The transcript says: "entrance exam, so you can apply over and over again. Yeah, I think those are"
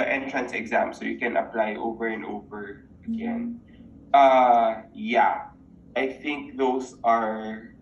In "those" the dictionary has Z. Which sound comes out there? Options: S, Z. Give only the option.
S